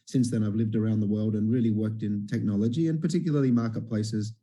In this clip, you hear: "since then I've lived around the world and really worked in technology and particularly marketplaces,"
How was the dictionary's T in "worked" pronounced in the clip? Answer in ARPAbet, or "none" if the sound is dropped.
T